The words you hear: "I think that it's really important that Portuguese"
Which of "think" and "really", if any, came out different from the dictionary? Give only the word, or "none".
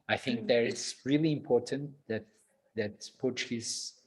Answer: none